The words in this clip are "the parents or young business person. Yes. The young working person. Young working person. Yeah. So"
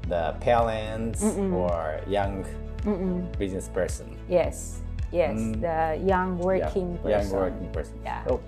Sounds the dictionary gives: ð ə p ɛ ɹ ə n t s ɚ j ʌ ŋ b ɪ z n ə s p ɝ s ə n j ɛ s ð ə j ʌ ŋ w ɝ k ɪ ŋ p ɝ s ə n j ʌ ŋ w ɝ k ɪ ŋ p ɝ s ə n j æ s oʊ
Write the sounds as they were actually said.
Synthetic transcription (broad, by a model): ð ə p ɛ l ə n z ɚ j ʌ ŋ b ɪ z n ə s p ɝ s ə n j ɛ s ð ə j ʌ ŋ w ɝ k ɪ ŋ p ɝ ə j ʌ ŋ w ɝ k ɪ ŋ p ɝ s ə n j æ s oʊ